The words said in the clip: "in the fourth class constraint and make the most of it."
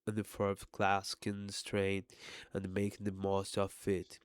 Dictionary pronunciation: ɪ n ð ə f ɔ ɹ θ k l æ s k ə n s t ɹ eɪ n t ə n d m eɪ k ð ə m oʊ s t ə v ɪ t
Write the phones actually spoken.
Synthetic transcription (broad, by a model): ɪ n ð ə f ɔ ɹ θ k l æ s k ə n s t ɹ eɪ n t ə n m eɪ k ð ə m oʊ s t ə f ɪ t